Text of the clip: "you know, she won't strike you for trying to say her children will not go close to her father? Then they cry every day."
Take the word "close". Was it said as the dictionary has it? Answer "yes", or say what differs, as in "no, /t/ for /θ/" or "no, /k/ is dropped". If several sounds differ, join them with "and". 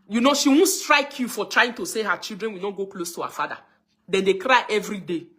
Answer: yes